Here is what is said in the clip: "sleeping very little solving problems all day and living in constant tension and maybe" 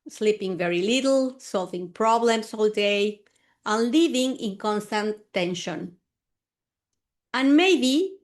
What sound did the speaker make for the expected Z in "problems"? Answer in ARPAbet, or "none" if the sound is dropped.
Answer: S